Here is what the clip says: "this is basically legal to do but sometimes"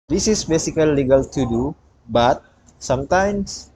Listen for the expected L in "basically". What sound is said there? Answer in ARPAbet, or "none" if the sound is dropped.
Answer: none